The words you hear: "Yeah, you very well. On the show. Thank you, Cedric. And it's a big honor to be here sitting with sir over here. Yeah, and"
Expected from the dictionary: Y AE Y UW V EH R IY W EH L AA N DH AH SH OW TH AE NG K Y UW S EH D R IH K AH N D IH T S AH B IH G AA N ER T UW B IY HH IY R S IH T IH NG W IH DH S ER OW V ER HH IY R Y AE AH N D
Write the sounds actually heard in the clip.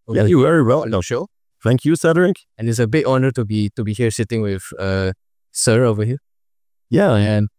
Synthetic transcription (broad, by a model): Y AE Y UW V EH R IY W EH L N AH SH OW F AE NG K Y UW S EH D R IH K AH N IH T S AH B IH G AA N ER T UW B IY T IY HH S IH T IH NG W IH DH S ER OW V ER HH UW Y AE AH N